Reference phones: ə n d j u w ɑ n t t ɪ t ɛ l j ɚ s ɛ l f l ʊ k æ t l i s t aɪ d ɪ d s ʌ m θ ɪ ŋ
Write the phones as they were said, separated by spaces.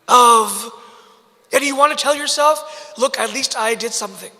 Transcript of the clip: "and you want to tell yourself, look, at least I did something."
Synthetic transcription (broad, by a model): ə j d j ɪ w ɑ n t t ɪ t ɛ l j ɚ s ɛ l f l ʊ k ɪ t l i s t aɪ d ɪ d s ʌ m θ ɪ ŋ